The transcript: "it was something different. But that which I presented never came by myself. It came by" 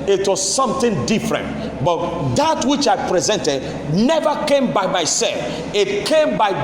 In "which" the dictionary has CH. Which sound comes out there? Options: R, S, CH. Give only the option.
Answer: CH